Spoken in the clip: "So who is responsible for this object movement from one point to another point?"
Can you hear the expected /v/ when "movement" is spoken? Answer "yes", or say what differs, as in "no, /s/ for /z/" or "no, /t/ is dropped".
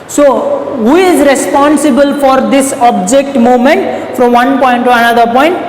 no, /v/ is dropped